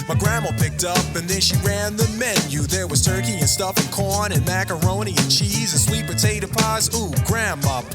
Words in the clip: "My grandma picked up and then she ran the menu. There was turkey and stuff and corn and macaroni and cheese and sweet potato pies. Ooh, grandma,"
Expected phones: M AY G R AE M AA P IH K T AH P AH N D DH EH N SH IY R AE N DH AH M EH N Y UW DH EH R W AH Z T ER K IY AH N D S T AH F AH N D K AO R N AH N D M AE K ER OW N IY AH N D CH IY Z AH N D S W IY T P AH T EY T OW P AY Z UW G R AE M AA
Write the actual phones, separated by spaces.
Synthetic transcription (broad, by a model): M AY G R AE M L P IH K T AH P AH N DH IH N SH IY R AE N DH AH M EH N Y UW DH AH R W AH Z T ER K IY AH N S T AH F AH N K AO R N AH N M AE K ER OW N IY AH N CH IY Z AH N S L IY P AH T EY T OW P AY Z UW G R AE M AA